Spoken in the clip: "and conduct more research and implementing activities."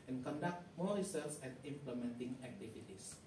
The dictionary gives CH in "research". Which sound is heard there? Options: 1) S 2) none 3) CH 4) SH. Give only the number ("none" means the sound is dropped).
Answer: 1